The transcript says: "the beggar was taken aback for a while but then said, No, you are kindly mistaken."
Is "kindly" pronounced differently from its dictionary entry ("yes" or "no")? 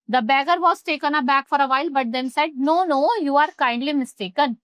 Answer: no